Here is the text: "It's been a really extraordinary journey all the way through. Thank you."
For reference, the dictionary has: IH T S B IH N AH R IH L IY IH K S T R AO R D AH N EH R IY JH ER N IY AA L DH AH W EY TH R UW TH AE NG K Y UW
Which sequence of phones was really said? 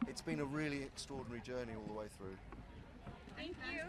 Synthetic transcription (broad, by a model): IH T S B IH N AH R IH L IY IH K S T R AO D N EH R IY JH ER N IY AA L DH AH W EY TH R UW TH AE NG K Y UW